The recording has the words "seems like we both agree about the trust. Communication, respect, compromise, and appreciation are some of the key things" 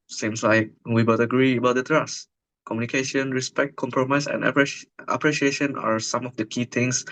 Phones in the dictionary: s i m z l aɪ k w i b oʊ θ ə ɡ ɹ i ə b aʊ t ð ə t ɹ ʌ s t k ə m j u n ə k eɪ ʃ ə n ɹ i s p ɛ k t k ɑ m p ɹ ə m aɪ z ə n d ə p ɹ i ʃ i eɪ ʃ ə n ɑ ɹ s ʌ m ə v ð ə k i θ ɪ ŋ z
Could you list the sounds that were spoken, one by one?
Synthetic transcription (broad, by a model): s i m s l aɪ k w i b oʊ t ə ɡ ɹ i ə b aʊ t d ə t ɹ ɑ s k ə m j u n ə k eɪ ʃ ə n ɹ i s p ɛ k t k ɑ m p ɹ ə m aɪ s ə n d ə p ɹ i ʃ i eɪ ʃ ə n ɑ ɹ s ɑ m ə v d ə k i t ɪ ŋ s